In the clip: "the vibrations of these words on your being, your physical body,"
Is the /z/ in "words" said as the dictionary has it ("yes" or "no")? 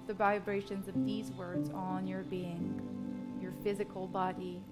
yes